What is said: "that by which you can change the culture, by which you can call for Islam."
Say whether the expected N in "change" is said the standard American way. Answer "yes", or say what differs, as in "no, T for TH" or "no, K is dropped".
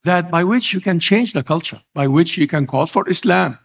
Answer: yes